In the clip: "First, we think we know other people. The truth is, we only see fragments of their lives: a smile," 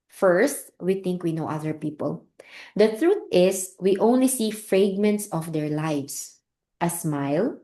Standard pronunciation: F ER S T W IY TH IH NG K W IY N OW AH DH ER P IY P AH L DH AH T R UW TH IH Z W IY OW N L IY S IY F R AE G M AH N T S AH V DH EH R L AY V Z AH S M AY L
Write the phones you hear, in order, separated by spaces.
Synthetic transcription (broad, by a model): F ER S T W IY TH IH NG K W IY N OW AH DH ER P IY P AH L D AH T R UW T IH S W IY OW N L IY S IY F R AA G M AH N T S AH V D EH R L AY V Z AH S M AY L